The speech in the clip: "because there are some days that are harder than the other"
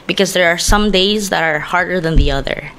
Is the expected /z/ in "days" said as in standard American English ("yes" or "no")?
yes